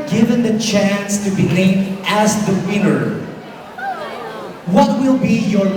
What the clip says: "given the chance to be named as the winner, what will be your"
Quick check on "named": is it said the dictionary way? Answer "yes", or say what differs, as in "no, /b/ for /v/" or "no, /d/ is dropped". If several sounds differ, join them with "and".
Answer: no, /l/ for /n/